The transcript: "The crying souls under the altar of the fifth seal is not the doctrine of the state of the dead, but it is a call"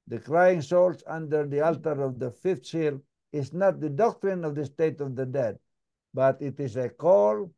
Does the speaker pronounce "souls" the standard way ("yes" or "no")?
no